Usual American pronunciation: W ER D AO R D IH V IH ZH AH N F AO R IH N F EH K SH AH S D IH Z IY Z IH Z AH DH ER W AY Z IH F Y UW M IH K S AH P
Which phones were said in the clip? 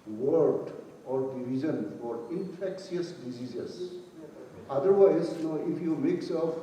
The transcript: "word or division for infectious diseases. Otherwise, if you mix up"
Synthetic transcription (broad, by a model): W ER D AO R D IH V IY Z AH N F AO R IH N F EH K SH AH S D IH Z IY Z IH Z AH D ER W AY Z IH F Y UW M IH K S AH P